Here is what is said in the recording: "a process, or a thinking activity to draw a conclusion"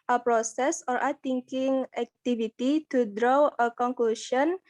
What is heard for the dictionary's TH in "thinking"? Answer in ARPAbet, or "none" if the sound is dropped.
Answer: T